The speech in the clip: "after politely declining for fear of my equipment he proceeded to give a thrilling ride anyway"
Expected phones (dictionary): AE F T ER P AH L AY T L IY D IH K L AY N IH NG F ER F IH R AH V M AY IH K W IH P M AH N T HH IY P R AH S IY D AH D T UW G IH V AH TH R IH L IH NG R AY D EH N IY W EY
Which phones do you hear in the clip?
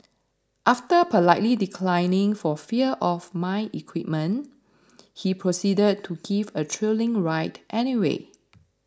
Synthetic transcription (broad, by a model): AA F T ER P AH L AY T L IY D IH K L AY N IH NG F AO F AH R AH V M AY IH K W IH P M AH N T HH IY P R AH S IY D AH D T UW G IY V AH T R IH L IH NG R AY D EH N IY W EY